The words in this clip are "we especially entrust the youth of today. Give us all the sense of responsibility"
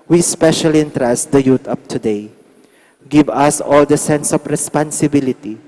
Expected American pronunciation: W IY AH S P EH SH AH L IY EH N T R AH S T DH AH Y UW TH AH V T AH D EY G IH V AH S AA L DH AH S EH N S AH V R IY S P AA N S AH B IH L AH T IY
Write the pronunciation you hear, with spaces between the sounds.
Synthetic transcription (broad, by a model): W IY S P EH SH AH L IY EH N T R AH S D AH Y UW T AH P T AH D EY G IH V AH S AA L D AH S EH N S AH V R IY S P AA N S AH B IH L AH T IY